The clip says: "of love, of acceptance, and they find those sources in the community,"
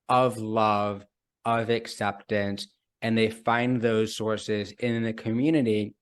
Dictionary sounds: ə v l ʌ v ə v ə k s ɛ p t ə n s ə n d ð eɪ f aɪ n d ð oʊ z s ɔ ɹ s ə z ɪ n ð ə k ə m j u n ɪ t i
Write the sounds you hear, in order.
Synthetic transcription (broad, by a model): ə v l ʌ v ə v ə k s ɛ p t ə n s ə n ð eɪ f aɪ n ð oʊ z s ɔ ɹ s ə z ɪ n ð ə k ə m j u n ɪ t i